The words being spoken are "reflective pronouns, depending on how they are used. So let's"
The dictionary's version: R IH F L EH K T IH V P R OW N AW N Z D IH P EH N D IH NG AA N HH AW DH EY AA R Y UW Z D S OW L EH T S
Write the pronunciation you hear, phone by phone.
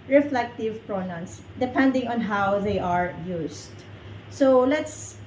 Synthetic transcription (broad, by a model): R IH F L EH K T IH V P R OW N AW N S D IH P EH N D IH NG AA N HH AW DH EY AA R Y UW S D S OW L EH T S